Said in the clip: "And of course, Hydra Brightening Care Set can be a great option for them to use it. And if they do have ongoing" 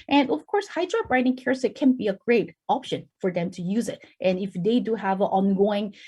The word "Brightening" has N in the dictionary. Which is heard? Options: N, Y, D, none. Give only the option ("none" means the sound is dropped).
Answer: none